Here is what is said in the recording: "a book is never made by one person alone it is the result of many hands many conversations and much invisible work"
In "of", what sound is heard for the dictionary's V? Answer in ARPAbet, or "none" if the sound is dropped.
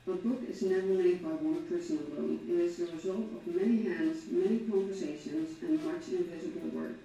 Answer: V